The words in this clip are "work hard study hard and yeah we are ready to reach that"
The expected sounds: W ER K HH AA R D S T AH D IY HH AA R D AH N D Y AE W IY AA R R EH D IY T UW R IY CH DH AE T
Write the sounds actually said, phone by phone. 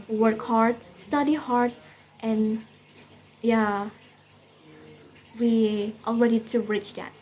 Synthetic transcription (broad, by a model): W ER K HH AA R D S T AH D IY HH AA R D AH N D Y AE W IY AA L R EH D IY T UW R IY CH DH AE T